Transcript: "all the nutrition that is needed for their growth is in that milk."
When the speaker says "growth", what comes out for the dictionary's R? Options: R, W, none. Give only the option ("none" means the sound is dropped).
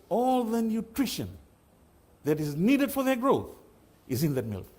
R